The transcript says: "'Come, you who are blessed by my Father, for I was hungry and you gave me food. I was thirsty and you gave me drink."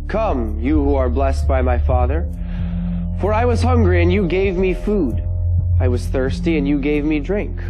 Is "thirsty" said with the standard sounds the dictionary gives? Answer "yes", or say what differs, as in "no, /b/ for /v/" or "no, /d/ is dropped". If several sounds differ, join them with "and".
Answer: yes